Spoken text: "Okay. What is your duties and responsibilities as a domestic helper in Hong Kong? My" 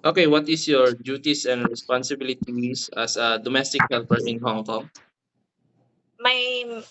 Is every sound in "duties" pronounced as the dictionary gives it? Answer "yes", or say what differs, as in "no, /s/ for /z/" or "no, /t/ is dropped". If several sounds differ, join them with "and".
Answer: no, /s/ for /z/